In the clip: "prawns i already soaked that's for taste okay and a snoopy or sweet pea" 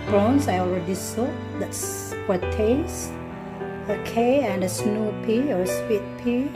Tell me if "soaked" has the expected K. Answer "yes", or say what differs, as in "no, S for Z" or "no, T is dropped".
no, K is dropped